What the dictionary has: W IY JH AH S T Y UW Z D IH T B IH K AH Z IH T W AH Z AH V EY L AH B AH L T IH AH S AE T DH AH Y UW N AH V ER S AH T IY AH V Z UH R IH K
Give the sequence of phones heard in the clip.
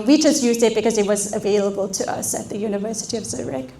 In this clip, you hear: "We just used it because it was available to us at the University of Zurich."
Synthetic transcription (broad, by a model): W IY JH AH S T Y UW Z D IH T B IH K AH Z IH T W AH Z AH V EY L AH B AH L T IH AH S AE T DH AH Y UW N AH V ER S AH T IY AH V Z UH R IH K